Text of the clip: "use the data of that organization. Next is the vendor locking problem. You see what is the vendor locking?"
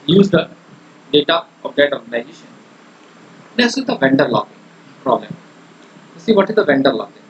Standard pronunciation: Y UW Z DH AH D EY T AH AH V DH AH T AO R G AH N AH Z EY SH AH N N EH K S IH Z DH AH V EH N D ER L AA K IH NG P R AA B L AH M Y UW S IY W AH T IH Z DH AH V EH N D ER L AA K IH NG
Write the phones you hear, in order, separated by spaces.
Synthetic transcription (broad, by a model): Y UW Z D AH D EY T AH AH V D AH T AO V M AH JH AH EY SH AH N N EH S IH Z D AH V EH N D ER L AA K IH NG P R AA B L AH M Y UW S IY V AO T IH Z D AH V EH N D ER L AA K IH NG